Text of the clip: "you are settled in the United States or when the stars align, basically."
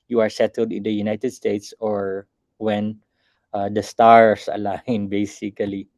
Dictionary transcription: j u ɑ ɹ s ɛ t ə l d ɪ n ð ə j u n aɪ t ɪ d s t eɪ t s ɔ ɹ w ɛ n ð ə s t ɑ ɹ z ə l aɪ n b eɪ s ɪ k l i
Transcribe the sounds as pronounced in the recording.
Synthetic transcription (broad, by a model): j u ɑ ɹ s ɛ t ə l d ɪ n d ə j u n aɪ t ɪ d s t eɪ t s ɔ ɹ w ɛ n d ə s t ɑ ɹ s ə l aɪ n b eɪ s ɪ k l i